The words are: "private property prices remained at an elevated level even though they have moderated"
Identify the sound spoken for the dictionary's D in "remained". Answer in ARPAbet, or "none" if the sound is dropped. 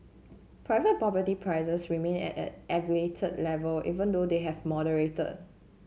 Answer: none